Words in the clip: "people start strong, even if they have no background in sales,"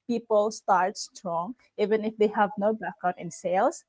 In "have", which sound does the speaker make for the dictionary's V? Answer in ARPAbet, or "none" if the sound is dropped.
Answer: V